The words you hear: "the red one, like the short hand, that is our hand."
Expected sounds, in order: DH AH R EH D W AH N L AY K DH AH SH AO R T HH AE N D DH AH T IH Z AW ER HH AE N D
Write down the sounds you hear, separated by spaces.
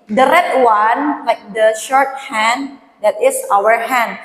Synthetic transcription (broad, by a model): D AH R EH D W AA N L AY K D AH SH AO R T HH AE N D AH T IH S AW ER HH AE N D